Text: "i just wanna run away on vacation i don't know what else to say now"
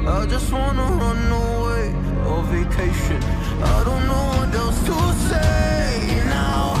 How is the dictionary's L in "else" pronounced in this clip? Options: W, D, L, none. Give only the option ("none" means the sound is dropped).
none